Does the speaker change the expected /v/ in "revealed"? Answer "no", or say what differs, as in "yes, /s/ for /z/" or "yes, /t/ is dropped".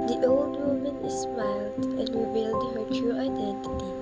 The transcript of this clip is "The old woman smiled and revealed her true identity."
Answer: yes, /b/ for /v/